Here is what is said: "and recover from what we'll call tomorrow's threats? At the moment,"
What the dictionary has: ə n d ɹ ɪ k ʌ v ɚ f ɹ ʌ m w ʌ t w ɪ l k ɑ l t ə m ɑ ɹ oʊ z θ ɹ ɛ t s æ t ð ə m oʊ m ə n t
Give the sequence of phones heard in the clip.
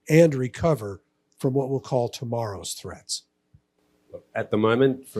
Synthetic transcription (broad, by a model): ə n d ɹ ɪ k ʌ v ɚ f ɹ ʌ m w ʌ t w ɪ l k ɑ l t ə m ɑ ɹ oʊ z θ ɹ ɛ t s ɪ t ð ə m oʊ m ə n t